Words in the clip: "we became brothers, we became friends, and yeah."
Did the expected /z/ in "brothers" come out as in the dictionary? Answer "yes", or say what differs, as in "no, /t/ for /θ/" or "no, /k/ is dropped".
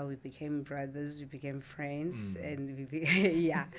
yes